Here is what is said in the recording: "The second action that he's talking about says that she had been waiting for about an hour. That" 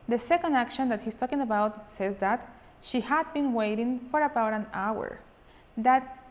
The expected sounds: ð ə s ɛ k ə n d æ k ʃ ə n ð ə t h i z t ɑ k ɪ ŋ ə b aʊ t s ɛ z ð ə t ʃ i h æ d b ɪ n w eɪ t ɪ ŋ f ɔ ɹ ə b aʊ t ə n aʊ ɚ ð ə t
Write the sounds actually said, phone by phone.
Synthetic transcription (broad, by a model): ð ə s ɛ k ə n d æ k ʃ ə n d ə t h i s t ɑ k ɪ ŋ ə b aʊ t s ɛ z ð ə t ʃ i h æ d b ɪ n w eɪ t ɪ ŋ f ɔ ɹ ə b aʊ t ə n aʊ ɚ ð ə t